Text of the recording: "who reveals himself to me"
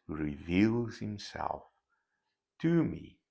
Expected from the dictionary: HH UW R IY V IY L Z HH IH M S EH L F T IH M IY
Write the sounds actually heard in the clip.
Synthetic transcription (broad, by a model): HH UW R IY V IY L Z HH IH M S EH L F T IH M IY